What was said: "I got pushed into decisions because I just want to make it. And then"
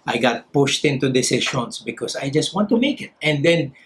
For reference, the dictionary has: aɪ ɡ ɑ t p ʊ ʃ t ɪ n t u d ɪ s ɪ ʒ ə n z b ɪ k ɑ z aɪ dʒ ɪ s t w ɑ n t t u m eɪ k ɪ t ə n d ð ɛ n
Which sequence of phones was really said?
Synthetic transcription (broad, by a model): aɪ ɡ ɑ t p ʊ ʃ t ɪ n t u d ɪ s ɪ ʃ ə n s b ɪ k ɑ s aɪ dʒ ɪ s t w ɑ n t t u m eɪ k ɪ t ə n d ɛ n